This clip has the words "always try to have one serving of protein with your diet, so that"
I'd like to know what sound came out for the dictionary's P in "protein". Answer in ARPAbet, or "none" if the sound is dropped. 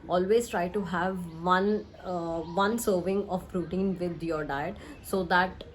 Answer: F